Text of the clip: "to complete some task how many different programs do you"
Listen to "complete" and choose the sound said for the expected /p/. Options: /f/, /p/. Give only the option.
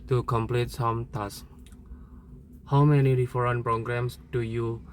/p/